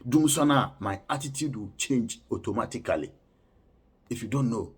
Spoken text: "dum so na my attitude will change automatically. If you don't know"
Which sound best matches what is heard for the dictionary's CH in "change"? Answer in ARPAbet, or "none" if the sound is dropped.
CH